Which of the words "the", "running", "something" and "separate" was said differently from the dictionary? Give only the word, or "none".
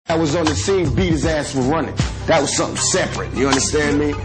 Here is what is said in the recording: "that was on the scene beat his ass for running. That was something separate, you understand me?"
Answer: none